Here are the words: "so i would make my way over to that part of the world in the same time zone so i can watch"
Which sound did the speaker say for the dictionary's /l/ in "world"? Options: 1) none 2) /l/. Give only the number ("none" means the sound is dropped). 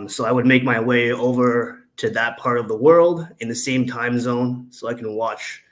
2